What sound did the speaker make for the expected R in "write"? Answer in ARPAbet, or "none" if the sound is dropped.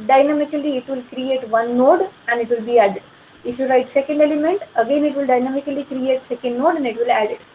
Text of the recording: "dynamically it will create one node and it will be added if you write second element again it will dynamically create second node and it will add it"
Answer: R